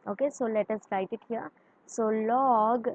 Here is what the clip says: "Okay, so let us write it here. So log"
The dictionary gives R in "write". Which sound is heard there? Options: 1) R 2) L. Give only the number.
2